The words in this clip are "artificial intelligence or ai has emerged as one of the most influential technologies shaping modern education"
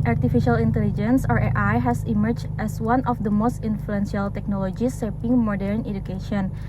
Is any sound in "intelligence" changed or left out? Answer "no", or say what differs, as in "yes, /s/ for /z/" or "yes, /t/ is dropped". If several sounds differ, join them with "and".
no